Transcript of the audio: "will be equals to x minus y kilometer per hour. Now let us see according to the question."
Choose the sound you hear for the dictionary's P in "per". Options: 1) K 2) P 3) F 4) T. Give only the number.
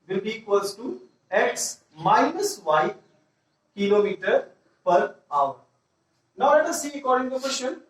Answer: 2